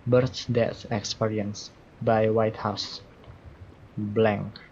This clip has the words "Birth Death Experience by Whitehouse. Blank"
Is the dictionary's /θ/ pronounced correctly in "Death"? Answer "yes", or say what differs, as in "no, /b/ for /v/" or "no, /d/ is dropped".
no, /s/ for /θ/